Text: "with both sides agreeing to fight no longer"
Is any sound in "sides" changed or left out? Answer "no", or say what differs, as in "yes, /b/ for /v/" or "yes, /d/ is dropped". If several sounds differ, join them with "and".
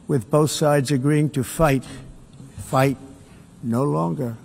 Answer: no